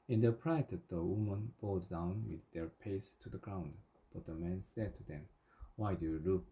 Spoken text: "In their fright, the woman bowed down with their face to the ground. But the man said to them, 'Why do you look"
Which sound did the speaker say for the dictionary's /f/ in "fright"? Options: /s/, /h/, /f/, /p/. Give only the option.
/p/